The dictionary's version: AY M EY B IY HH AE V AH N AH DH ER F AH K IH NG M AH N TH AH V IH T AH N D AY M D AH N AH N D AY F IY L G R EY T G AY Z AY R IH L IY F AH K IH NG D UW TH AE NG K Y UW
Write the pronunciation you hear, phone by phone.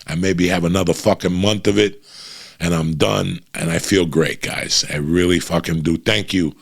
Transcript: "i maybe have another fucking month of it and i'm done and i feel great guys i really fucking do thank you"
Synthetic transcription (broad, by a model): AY M EY B IY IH V AH N AH DH ER F AH K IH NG M AH N TH AH V IH T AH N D AY M D AH N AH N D AY F IY L G R EY T G AY Z AY R IH L IY F AH K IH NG D UW TH AE NG K Y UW